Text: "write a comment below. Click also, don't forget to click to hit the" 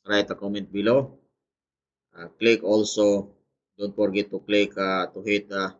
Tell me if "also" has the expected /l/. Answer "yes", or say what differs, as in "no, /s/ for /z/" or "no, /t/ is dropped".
yes